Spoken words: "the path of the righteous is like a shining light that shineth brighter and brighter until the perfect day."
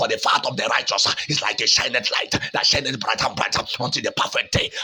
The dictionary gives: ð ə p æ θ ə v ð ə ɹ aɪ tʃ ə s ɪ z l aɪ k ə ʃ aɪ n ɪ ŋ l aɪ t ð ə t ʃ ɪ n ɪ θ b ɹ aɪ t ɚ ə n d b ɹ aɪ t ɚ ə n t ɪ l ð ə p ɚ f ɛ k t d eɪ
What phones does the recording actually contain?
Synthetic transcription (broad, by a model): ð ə f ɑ t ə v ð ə ɹ aɪ tʃ ə s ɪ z l aɪ k ə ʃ aɪ n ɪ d l aɪ t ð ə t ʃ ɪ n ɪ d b ɹ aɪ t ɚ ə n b ɹ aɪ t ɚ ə n t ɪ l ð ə p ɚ f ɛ k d eɪ